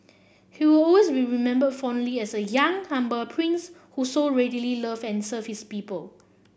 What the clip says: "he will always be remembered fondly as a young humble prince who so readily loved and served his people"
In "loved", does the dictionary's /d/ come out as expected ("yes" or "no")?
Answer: no